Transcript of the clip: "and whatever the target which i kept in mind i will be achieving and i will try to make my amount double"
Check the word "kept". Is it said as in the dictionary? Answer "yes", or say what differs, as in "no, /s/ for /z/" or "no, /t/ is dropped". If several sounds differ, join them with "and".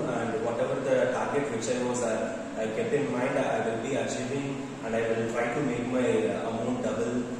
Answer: no, /t/ is dropped